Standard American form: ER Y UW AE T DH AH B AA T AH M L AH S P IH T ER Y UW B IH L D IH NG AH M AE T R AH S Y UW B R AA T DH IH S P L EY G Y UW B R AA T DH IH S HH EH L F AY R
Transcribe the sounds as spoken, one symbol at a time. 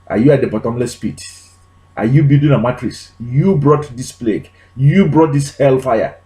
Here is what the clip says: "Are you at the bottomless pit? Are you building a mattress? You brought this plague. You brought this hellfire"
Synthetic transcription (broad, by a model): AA Y UW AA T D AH B AA T AH M L AH S P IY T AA Y UW B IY D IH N AH M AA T R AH S Y UW B R AA T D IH S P L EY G Y UW B R AA T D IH S HH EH L F AY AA